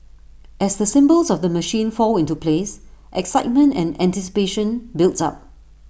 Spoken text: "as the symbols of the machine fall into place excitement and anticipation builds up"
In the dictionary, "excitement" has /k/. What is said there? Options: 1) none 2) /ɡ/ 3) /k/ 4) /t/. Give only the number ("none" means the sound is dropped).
3